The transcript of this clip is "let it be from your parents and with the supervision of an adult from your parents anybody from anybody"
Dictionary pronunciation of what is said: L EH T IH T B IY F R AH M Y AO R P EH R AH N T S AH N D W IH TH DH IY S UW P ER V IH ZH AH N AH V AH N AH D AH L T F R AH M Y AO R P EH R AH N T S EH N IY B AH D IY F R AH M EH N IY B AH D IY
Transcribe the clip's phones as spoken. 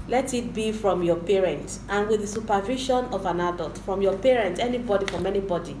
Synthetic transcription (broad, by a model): L EH T IH T B IY F R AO M Y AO P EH R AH N T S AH N W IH DH IY S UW P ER V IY SH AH N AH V AH N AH D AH L T F R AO M Y AO P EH R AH N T EH N IY B AH D IY F R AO M EH N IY B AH D IY